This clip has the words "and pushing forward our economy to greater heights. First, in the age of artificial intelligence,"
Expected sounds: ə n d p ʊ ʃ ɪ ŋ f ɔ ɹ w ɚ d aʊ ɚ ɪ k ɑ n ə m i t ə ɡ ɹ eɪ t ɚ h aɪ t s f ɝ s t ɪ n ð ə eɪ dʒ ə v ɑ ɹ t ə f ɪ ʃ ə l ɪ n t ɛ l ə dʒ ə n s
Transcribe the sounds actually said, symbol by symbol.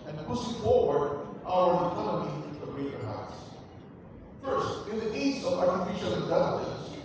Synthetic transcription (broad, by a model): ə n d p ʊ s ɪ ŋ f ɔ ɹ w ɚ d aʊ ɚ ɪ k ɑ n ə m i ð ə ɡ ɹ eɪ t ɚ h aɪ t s f ɝ s t ɪ n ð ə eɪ z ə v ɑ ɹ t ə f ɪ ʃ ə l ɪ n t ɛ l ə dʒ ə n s